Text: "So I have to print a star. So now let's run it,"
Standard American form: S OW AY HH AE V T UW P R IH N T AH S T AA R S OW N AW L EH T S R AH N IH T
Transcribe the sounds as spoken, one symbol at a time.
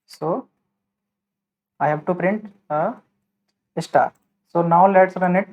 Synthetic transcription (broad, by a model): S OW AY HH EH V T UW P R IH N T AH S T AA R S OW N AW L EH T S R AH N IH T